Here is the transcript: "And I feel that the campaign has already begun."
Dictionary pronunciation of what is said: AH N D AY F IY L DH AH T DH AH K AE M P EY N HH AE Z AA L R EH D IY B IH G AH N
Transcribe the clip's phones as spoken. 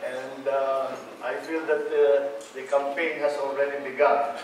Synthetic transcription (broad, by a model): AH N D AY F IY L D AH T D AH K AE M P EY N HH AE S AA L R EH D IY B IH G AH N